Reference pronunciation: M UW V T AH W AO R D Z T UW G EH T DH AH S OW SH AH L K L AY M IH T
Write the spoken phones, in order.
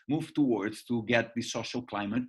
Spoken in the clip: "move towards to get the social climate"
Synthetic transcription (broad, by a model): M UW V T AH W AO R D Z T UW G EH T DH AH S OW SH AH L K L AY M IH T